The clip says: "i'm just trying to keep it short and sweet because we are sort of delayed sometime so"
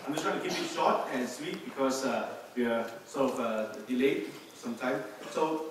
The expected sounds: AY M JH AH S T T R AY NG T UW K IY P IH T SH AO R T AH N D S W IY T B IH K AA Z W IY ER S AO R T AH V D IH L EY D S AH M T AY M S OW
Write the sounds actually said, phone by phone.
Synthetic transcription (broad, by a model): AY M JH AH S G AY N T UW K IY P IH T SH AO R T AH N S W IY T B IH K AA S W IY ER S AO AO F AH D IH L EY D S AH M T AY M S OW